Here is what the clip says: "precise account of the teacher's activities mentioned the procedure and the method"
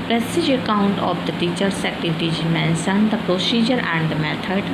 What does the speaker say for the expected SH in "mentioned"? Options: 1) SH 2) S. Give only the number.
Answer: 2